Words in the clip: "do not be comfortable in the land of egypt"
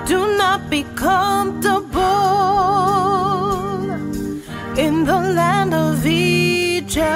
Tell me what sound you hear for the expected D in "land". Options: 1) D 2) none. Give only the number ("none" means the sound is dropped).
1